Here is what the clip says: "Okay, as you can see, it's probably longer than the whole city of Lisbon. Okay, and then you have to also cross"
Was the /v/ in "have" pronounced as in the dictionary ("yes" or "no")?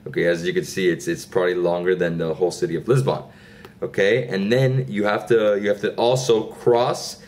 no